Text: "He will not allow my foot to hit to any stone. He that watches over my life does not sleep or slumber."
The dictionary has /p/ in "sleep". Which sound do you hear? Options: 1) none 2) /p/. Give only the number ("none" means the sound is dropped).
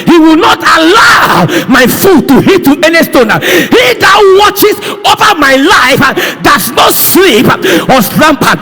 2